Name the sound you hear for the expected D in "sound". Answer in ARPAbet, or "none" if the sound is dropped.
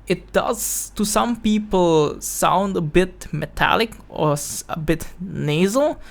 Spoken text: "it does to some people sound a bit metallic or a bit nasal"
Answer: D